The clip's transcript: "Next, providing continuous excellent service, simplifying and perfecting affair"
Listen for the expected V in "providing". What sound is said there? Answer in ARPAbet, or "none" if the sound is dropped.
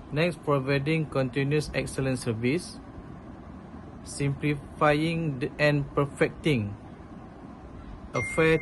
V